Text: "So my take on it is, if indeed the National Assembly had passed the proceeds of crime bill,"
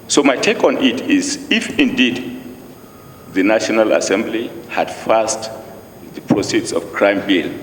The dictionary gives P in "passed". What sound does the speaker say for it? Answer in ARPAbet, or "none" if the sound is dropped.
F